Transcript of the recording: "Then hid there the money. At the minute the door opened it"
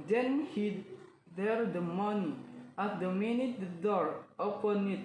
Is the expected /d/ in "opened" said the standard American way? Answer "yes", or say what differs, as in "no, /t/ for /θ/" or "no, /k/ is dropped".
no, /d/ is dropped